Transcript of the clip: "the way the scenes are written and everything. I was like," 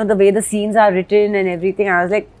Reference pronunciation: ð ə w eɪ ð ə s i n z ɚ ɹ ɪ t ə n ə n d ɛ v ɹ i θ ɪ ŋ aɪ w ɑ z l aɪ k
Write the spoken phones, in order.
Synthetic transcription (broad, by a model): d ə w eɪ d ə s i n z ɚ ɹ ɪ t ə n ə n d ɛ v ɹ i t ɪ ŋ aɪ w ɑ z l aɪ k